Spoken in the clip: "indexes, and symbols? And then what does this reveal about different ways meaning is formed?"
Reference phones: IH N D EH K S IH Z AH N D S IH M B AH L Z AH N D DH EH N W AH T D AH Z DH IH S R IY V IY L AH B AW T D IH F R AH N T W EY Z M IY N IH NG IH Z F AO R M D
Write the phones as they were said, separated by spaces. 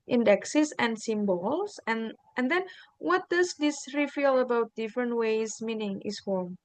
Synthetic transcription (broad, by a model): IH N D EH K S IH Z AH N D S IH M B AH L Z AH N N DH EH N W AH T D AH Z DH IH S R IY F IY L AH B AW T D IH F R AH N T W EY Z M IY N IH NG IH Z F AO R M